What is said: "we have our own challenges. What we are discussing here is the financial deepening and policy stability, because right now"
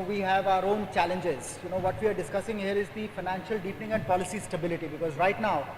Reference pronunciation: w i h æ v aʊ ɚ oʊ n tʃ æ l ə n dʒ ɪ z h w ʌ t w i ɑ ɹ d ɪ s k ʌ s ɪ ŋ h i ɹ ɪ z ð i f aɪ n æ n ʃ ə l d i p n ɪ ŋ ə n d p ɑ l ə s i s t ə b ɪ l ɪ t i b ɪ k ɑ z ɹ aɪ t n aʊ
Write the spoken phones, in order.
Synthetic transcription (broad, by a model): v i h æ v aʊ ɚ oʊ n tʃ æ l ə n dʒ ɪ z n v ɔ t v i ɑ ɹ d ɪ s k ʌ s ɪ ŋ h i ɹ ɪ z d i f aɪ n æ n ʃ ə l d i p n ɪ ŋ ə n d p ɑ l ə s i s t ə b ɪ l ɪ t i b ɪ k ɑ z ɹ aɪ t n aʊ